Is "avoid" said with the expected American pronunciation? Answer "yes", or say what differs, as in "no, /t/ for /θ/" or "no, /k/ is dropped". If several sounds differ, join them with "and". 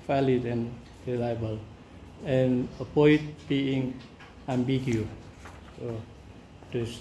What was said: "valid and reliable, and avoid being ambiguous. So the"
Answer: no, /p/ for /v/